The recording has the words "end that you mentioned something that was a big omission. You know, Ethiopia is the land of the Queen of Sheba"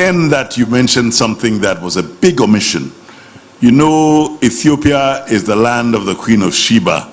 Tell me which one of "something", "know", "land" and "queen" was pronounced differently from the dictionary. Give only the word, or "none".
none